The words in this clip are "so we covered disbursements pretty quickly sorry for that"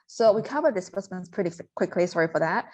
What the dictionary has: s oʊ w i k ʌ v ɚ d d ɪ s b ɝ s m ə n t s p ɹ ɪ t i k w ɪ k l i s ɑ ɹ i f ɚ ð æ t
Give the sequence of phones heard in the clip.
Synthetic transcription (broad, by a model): s oʊ w i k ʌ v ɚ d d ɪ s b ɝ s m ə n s p ɹ ɪ t i k w ɪ k l i s ɑ ɹ i f ɚ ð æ t